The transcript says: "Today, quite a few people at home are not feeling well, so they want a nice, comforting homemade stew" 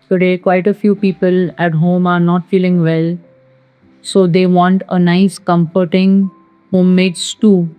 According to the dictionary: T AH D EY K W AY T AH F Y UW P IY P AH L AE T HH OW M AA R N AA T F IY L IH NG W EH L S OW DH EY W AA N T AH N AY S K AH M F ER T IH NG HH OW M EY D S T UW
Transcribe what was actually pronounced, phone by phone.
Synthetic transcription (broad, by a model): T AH D EY K W AY T AH F Y UW P IY P AH L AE T HH OW M AA R N AA T F IY L IH NG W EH L S OW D EY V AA N T AH N AY S K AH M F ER T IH NG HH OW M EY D S T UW